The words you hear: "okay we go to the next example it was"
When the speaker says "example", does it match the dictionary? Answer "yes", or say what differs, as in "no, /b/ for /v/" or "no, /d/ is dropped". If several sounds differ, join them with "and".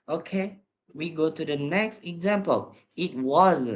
yes